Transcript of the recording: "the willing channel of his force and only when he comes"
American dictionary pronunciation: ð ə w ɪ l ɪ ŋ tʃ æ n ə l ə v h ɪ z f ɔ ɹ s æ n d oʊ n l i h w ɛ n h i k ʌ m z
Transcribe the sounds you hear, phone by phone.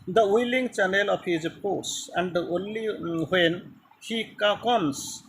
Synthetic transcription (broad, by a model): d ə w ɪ l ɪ ŋ tʃ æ n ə l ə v h ɪ z p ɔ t s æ n d oʊ n l i h w ɛ n h i k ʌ m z